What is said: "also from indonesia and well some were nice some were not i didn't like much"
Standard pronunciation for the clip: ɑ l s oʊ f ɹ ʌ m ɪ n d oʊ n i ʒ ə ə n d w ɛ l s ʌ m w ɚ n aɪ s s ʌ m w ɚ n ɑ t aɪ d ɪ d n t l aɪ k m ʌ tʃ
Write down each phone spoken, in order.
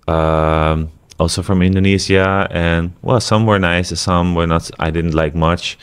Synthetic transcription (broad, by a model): ɑ l s oʊ f ɹ ʌ m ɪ n d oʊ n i z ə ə n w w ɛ l s ʌ m w ɚ n aɪ s s ʌ m w ɚ n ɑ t aɪ d ɪ d n t l aɪ k m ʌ tʃ